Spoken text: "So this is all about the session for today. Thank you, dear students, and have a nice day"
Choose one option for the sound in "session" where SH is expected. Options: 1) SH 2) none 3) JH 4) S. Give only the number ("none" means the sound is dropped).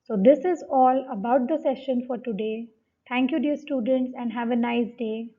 1